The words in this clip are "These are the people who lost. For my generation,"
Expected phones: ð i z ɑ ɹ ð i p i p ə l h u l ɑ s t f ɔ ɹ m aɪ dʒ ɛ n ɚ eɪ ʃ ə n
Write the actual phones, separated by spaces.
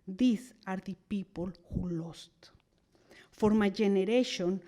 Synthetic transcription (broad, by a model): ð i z ɑ ɹ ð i p i p ə l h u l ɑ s t f ɔ ɹ m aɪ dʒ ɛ n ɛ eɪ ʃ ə n